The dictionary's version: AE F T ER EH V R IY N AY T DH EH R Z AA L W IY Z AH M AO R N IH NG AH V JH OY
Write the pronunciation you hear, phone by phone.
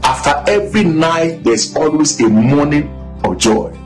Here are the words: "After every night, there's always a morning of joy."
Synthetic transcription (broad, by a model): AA F T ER EH V R IY N AY T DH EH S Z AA L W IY S AH M AO N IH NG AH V JH OY